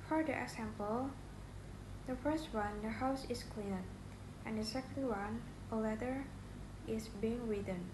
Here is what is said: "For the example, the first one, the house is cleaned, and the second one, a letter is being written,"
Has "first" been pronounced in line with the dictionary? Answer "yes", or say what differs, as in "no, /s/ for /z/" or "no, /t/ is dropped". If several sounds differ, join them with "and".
yes